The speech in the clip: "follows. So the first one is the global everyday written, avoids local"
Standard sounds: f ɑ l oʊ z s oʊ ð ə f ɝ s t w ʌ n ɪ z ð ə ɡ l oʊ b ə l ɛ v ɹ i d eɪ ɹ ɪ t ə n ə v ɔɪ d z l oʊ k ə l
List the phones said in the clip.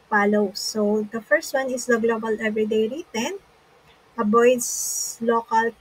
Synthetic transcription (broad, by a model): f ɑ l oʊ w s oʊ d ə f ɝ s t w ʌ n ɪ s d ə ɡ l oʊ b ə l ɛ v ɹ i d eɪ ɹ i t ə n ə b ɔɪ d s l oʊ k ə l